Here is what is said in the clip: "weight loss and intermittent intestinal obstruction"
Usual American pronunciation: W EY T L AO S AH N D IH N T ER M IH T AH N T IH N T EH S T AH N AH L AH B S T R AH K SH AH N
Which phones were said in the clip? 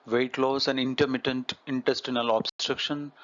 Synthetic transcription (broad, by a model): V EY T L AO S AH N D IH N T ER M IH T AH N T IH N T EH S T AH N AH L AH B S T R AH K SH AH N